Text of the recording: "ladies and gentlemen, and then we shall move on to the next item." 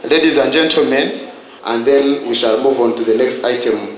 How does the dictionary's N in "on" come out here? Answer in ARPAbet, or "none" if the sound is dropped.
N